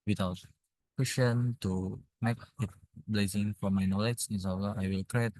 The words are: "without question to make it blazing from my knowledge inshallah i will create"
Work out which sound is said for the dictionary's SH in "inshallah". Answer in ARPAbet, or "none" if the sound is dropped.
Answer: S